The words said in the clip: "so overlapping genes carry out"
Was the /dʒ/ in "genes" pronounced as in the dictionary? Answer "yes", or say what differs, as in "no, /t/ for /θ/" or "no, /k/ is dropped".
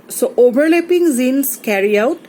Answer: no, /z/ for /dʒ/